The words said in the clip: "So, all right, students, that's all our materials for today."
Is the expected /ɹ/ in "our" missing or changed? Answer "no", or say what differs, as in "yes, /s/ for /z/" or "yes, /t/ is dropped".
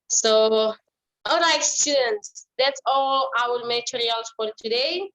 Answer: yes, /w/ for /ɹ/